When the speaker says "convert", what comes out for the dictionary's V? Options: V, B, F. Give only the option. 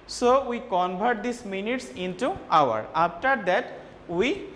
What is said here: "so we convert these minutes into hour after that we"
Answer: B